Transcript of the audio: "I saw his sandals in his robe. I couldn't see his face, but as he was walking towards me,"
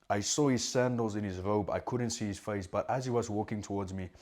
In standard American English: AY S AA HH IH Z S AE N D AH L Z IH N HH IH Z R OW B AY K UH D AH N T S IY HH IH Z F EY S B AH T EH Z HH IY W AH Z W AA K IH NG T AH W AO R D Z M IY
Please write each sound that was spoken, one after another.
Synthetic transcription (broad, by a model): AY S AA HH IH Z S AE N D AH L Z IH N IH Z R OW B AY K UH D N T S IY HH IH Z F EY S B AH T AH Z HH IY W AH Z W AA K IH NG T AH W AO R D Z M IY